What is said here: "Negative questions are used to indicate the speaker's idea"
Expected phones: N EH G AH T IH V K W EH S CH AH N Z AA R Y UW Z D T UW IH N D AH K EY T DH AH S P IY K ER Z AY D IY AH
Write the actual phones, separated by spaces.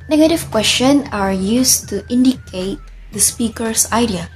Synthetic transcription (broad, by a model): N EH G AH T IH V K W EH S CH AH N AA R Y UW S T UW IH N D AH K EY T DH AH S P IY K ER S AY D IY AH